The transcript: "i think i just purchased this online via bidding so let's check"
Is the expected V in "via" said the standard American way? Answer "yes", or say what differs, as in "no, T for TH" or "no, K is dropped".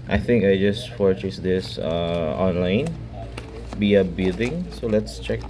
no, B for V